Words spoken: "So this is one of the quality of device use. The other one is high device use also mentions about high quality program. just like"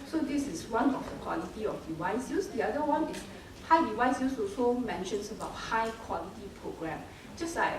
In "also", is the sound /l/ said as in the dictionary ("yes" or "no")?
no